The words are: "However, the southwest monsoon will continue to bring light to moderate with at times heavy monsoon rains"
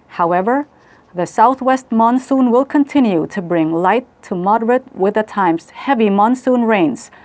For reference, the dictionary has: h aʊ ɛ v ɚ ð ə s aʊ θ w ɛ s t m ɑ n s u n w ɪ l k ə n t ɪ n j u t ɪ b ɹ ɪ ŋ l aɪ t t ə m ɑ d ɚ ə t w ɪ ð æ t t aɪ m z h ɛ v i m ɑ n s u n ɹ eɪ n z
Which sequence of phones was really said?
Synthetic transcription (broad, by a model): h aʊ ɛ v ɚ ð ə s aʊ θ w ɛ s t m ɑ n s u n w ɪ l k ə n t ɪ n j u t ɪ b ɹ ɪ ŋ l aɪ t t ə m ɑ d ɚ ə t w ɪ ð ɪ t t aɪ m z h ɛ v i m ɑ n s u n ɹ eɪ n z